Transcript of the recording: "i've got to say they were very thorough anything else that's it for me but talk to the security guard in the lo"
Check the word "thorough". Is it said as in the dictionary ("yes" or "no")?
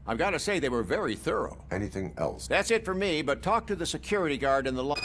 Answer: yes